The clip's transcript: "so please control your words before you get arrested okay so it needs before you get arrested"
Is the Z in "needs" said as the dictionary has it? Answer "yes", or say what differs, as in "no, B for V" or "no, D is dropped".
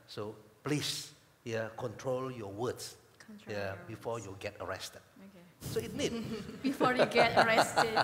no, Z is dropped